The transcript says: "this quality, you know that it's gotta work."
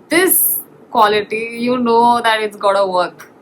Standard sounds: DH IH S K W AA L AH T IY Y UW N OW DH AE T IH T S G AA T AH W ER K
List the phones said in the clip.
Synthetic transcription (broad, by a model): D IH S K W AA L AH T IY Y UW N OW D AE T IH T S G AA T AH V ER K